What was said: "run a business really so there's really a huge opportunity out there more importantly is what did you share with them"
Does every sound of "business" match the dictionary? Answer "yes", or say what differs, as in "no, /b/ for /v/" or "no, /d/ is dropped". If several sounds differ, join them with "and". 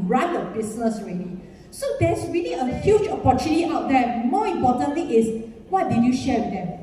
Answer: no, /s/ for /z/